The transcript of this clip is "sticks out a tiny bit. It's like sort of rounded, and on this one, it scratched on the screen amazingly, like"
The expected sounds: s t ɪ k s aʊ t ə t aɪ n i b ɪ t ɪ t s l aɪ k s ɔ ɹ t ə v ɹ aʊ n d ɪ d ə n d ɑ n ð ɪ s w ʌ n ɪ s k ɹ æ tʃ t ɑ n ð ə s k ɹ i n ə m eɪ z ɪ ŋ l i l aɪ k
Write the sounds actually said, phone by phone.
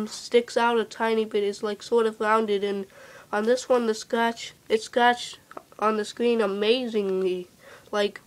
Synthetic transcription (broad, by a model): s t ɪ k s aʊ t ə t aɪ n i b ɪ t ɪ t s l aɪ k s ɔ ɹ t ə v ɹ aʊ n d ɪ d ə n n ð ɪ s w ʌ n ɪ s k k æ tʃ t n ð ə s k ɹ i n ə m eɪ z ɪ ŋ l i l aɪ k